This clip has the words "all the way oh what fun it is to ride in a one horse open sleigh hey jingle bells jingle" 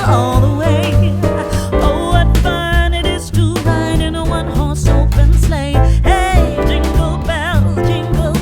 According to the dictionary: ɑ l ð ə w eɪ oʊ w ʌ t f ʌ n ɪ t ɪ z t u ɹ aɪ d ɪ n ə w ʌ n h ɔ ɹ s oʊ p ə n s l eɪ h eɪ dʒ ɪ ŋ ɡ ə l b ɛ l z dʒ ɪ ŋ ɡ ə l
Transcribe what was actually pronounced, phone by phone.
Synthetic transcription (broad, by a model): ɑ l ð ə w eɪ oʊ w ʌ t f ʌ n ɪ t ɪ z t u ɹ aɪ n ɪ n ə w ʌ n h ɔ ɹ s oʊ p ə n s l eɪ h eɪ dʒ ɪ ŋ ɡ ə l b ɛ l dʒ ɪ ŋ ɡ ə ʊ